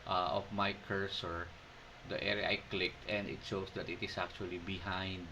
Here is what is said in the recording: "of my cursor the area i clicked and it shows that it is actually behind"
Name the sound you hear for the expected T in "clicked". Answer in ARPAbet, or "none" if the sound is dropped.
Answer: T